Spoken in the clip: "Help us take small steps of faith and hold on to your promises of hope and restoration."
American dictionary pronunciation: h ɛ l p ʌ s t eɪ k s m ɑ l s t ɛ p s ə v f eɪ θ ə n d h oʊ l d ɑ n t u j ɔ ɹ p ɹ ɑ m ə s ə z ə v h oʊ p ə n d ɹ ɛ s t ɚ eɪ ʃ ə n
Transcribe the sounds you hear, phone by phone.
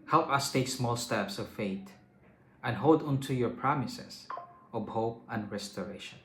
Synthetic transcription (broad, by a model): h ɛ l p ʌ s t eɪ k s m ɑ l s t ɛ p s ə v f eɪ t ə n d h oʊ l d ɑ n t u j ɔ ɹ p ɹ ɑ m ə s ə s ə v h oʊ p ə n d ɹ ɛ s t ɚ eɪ ʃ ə n